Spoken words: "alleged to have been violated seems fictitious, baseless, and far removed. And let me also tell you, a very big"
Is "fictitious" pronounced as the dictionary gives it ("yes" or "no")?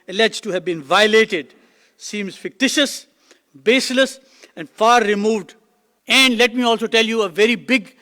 yes